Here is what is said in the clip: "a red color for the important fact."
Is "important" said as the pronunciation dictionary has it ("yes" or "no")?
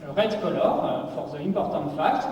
no